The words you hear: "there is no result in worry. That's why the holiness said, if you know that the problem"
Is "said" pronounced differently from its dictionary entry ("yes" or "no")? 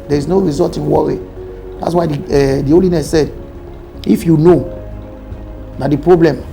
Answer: no